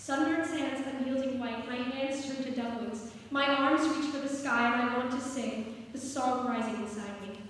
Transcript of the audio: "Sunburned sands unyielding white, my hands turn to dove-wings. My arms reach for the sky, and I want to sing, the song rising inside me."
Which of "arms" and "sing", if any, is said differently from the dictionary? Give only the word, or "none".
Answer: none